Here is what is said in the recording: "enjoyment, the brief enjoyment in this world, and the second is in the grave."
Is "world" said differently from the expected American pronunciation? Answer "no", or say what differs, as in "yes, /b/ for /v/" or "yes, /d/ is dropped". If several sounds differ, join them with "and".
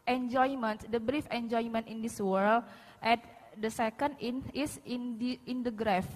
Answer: yes, /d/ is dropped